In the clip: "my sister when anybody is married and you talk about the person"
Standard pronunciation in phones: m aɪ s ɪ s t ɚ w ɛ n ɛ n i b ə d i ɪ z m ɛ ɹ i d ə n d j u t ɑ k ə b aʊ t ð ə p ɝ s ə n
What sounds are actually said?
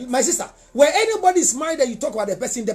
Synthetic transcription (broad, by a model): m aɪ s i s t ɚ w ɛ ɛ n i b ə d i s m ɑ i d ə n j u t ɑ k ə b aʊ t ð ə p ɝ s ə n